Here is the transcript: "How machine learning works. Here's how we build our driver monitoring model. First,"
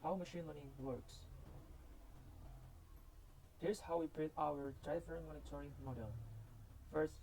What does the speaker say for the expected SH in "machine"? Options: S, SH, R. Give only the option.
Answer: SH